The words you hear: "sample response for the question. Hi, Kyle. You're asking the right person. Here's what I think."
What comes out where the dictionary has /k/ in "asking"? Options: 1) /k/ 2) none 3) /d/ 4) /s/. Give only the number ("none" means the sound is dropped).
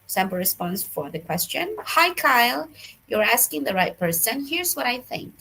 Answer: 1